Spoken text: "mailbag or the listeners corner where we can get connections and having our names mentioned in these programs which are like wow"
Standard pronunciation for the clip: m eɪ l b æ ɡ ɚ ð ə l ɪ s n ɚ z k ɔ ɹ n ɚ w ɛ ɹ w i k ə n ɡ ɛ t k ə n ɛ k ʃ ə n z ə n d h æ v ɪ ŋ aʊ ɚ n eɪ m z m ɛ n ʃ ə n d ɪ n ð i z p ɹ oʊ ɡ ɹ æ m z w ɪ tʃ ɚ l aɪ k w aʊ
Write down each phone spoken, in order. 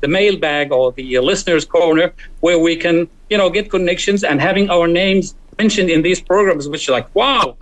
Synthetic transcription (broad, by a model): m eɪ l b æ ɡ ɚ ð ə l ɪ s n ɚ z k ɔ ɹ n ɚ w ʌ ɹ w i k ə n ɡ ɛ t k ə n ɛ k ʃ ə n z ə n h æ v ɪ ŋ aʊ ɚ n eɪ m z m ɛ n ʃ ə n d ɪ n ð i z p ɹ oʊ ɡ ɹ æ m z w ɪ tʃ ɚ l aɪ k w aʊ